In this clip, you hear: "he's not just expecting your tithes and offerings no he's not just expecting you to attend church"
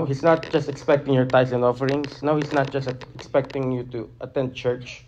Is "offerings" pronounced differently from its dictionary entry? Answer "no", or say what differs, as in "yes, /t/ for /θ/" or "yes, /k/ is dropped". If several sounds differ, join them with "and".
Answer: yes, /s/ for /z/